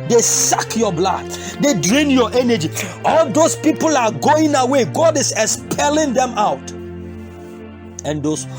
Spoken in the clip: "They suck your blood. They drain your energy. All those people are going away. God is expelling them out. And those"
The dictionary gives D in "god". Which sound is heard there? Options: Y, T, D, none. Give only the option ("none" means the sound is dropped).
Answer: D